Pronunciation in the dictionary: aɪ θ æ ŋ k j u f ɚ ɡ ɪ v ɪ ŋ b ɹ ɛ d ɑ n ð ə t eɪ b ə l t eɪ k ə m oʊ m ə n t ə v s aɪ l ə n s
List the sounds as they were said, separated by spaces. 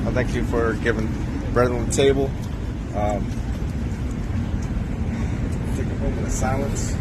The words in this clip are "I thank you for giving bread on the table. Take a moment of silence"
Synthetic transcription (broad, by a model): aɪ θ æ ŋ k j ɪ f ɚ ɡ ɪ v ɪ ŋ b ɹ ɛ d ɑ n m t eɪ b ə l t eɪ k ə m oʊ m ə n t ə s aɪ l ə n s